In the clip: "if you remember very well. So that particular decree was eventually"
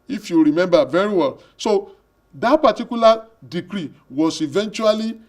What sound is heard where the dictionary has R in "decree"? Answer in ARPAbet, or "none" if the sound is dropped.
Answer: R